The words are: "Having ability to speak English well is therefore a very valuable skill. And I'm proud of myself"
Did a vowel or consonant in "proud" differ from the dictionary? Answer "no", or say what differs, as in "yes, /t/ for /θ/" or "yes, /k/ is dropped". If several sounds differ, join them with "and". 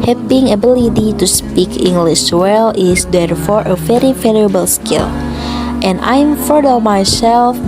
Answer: yes, /f/ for /p/